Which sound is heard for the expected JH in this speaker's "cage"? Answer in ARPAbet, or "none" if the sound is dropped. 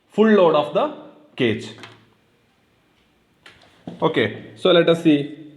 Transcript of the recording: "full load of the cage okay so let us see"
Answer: CH